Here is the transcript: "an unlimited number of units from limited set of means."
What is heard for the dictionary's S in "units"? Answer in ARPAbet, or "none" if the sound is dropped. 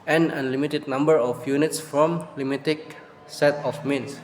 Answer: S